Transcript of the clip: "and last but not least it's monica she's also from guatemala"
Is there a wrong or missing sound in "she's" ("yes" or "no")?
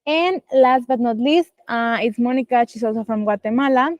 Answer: yes